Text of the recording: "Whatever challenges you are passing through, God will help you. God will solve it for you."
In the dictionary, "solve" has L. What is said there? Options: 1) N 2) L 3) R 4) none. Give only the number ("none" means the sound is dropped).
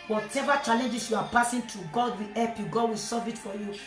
4